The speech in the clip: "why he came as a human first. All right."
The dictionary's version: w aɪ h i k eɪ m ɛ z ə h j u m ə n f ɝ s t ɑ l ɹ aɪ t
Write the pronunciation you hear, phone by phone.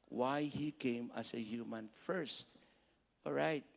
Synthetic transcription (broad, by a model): w aɪ h i k eɪ m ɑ s ə h j u m ə n f ɝ s t ɑ l ɹ aɪ t